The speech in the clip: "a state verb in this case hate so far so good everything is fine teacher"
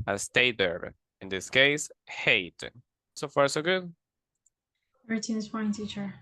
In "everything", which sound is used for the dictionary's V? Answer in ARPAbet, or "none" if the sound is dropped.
none